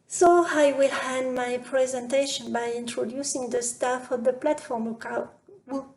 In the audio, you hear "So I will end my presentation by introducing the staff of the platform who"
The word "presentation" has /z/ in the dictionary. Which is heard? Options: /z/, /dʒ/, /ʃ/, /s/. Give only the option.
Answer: /z/